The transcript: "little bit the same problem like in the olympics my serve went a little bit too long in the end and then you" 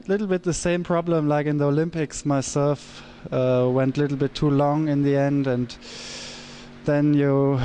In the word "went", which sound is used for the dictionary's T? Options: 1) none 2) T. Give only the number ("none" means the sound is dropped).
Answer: 2